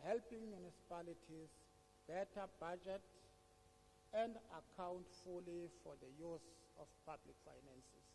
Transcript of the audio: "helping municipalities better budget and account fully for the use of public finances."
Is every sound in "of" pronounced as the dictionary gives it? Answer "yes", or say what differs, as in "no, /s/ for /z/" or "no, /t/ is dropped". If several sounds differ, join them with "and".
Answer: no, /f/ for /v/